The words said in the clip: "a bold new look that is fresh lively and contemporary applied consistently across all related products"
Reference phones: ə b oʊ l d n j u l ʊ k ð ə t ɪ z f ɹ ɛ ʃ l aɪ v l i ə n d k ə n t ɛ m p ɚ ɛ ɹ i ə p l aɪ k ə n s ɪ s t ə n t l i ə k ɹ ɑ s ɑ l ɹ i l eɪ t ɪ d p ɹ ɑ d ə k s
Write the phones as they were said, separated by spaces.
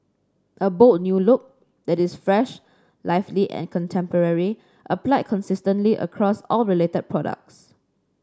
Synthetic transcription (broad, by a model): ə b oʊ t n j u l ʊ k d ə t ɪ s f ɹ ɛ ʃ l aɪ f l i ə n k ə n t ɛ m p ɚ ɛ ɹ i ə p l aɪ k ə n s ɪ s t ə n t l i ə k ɹ ɑ s ɑ l ɹ i l eɪ t ɪ d p ɹ ɑ d ə k s